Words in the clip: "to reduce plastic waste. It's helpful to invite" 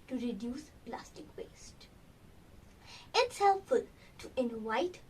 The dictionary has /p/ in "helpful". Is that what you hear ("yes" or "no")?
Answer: no